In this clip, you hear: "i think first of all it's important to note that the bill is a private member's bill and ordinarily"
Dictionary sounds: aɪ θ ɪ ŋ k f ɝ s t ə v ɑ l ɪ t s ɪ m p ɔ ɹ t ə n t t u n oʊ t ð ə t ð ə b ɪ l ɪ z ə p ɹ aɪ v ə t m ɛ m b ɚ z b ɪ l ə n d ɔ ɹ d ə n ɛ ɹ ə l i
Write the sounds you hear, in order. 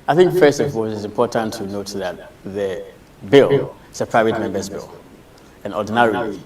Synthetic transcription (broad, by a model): aɪ θ ɪ ŋ k f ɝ s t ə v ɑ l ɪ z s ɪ m p ɔ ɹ t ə n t t u n oʊ t ð ə t ð ə b ɪ l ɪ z ə p ɹ aɪ v ə t m ɛ m b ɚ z b ɪ l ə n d ɔ d n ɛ ɹ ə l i